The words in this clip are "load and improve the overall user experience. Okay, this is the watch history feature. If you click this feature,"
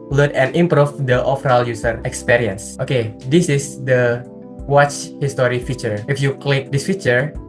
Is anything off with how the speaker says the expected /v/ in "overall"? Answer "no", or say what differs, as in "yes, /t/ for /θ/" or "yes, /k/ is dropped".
yes, /f/ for /v/